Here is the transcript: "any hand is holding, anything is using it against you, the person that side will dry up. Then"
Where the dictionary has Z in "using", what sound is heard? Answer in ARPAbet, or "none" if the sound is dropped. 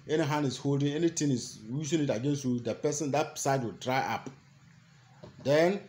S